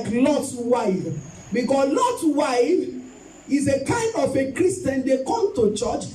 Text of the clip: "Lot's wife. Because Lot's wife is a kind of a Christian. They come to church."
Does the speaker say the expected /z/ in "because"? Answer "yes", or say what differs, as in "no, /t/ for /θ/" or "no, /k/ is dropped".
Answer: no, /s/ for /z/